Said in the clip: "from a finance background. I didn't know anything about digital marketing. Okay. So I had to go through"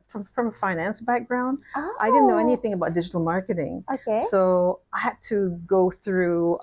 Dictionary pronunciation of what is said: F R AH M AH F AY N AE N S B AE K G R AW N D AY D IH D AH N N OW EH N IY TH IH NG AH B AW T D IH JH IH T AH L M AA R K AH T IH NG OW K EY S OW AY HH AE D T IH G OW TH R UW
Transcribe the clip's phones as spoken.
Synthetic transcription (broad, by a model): F R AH M AH F AY N AE N S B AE K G R AW N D AY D IH D N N OW EH N IY TH IH NG AH B AW T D IH JH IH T L M AA R K AH T IH NG OW K EY S OW AY HH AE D T IH G OW TH R UW